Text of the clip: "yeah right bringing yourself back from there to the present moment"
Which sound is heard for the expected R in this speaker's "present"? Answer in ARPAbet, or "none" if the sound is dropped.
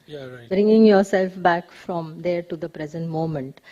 R